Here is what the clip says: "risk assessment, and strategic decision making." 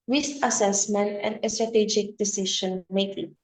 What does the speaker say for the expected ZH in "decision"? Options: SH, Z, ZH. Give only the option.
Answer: SH